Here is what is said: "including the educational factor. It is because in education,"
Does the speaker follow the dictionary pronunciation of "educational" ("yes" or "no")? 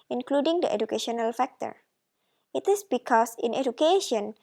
yes